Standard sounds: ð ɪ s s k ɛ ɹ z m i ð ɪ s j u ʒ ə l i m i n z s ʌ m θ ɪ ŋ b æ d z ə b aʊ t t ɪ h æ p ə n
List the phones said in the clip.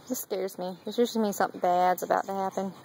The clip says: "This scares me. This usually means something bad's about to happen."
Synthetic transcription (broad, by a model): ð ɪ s s k ɛ ɹ z m i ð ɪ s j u s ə m i s ʌ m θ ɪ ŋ b æ d z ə b aʊ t t ɪ h æ p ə n